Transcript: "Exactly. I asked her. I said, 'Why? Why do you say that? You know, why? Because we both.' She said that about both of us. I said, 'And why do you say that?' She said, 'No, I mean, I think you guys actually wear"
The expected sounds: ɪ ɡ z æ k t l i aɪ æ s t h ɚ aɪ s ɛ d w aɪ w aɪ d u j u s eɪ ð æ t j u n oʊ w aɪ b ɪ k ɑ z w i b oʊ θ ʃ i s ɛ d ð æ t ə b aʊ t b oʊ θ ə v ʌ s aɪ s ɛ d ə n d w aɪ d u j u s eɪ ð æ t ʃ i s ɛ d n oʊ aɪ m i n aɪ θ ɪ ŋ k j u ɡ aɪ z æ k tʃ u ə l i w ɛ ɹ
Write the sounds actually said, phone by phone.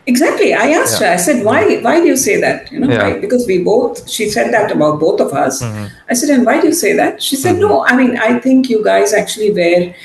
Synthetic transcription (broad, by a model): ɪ ɡ z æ k t l i aɪ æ s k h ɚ aɪ s ɛ d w aɪ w aɪ d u j u s eɪ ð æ t j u n oʊ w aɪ b ɪ k ɑ z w i b oʊ t ʃ i s ɛ d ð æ t ə b aʊ t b oʊ t ə v ʌ s aɪ s ɛ d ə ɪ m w aɪ d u j u s eɪ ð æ t ʃ i s ɛ d n oʊ aɪ m i n aɪ t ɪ ŋ k j u ɡ aɪ z æ k tʃ u ə l i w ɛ ɹ